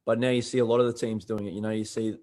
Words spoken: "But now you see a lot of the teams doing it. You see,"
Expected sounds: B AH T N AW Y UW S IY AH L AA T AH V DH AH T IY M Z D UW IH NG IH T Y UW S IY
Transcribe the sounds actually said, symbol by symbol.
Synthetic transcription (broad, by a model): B AH T N AW Y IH S IY AH L AA T AH V DH AH T IY M Z D UW IH NG IH T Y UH S IY